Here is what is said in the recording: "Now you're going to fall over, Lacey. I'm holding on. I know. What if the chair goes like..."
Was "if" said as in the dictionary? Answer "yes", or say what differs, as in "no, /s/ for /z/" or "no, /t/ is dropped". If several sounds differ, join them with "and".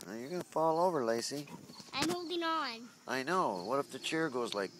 no, /p/ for /f/